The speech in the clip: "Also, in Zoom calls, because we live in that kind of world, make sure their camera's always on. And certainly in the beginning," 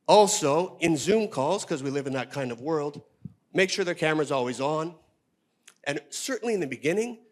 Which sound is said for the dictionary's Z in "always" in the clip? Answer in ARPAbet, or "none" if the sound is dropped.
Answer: Z